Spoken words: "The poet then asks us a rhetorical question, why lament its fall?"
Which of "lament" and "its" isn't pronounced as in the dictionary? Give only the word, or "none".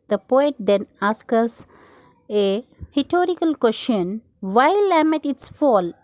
lament